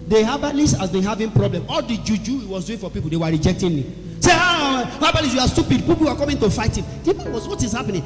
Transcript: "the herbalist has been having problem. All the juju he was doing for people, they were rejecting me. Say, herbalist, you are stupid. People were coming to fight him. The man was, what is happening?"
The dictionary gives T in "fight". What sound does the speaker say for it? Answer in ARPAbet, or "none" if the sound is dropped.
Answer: T